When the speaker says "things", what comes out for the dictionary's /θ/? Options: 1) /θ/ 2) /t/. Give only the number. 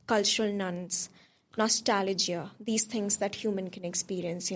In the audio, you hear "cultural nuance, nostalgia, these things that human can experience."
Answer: 2